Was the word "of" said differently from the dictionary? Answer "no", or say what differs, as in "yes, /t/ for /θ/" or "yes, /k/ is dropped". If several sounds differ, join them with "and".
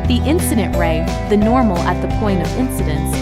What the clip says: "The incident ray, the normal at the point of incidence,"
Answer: no